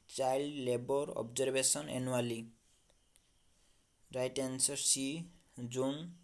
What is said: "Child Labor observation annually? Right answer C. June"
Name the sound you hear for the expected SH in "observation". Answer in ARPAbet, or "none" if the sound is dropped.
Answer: S